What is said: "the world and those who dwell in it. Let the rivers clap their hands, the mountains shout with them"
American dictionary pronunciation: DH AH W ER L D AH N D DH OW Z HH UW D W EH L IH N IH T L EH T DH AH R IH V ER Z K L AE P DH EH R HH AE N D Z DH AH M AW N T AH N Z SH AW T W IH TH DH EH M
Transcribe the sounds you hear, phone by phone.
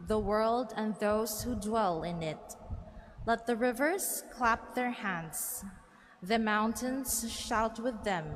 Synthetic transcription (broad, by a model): DH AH W ER L D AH N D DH OW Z HH UW D W EH L IH N IH T L EH T DH AH R IH V ER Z K L AE P DH EH R HH AE N D Z DH AH M AW N T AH N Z SH AW T W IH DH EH M